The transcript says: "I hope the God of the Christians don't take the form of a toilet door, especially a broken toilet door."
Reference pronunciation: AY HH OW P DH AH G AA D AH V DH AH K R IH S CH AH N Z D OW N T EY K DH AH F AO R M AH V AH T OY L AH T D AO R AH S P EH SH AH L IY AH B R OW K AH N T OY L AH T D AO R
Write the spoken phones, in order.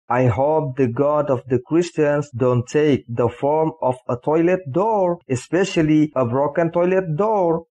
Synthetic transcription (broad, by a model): AY HH OW P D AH G AA D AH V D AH K R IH S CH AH N S D OW N T EY K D AH F AO R M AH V AH T OY L AH T D AO R AH S P EH SH AH L IY AH B R OW K AH N T OY L AH T D AO R